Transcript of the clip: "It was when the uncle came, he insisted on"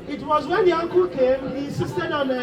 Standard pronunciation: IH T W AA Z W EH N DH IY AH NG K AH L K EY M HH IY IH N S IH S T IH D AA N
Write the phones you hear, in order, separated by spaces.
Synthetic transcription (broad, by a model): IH T W AA Z W EH N DH IY AH NG K AH L K EY M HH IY IH N S IH S T IH D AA N